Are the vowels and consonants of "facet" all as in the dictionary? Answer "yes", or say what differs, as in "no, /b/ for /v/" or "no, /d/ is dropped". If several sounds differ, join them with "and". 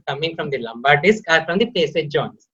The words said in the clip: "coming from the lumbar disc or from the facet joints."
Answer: no, /p/ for /f/